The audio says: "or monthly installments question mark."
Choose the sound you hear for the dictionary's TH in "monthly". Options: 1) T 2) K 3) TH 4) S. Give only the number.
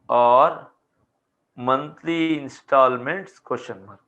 1